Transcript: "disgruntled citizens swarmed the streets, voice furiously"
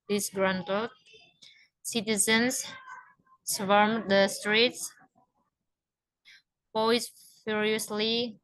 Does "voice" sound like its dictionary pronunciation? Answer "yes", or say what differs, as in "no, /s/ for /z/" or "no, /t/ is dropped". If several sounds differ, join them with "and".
no, /p/ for /v/